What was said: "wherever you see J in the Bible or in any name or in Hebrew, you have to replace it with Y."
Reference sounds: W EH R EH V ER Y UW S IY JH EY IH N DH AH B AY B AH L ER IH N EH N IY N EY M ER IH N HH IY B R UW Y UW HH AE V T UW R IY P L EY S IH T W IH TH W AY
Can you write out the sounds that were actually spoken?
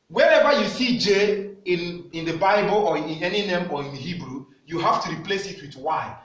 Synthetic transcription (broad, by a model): W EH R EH V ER Y UW S IY JH EY IH N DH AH B AY B AH L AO IH N EH N IY N EY M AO IH N HH IY B R UW Y UW HH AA F T UW R IY P L EY S IH T W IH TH W AY